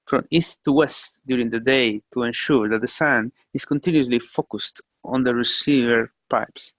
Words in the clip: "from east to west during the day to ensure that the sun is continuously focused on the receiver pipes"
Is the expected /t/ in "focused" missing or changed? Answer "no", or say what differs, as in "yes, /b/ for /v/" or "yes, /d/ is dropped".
no